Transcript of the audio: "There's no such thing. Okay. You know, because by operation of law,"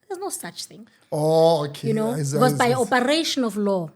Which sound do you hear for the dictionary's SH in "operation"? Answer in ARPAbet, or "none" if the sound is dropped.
SH